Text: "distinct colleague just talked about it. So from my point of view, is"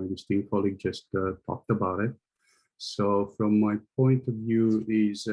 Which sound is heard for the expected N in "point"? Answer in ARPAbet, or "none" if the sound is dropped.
N